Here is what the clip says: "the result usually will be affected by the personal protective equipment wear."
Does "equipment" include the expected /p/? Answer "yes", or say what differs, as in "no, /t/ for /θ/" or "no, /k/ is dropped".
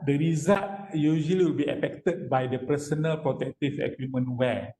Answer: no, /p/ is dropped